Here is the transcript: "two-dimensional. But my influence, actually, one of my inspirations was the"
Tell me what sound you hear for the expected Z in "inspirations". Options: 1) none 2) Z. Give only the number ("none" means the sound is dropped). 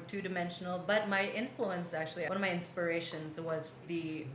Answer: 2